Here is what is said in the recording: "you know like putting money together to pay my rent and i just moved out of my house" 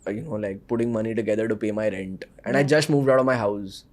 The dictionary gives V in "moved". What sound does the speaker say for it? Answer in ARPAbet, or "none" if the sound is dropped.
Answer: V